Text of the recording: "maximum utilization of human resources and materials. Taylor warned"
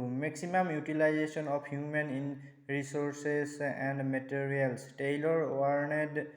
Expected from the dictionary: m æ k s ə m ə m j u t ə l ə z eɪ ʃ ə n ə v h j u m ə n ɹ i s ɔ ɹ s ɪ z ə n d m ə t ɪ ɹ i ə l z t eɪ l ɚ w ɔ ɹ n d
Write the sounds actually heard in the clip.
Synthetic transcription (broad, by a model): m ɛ k s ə m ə m j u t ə l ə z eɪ s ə n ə p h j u m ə n ɹ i s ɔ ɹ s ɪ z ə n d m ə t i ɹ i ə l s t eɪ l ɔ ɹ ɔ ɹ n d